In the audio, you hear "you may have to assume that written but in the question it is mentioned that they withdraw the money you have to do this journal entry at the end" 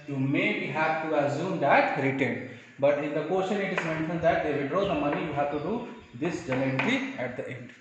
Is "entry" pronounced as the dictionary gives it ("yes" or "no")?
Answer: no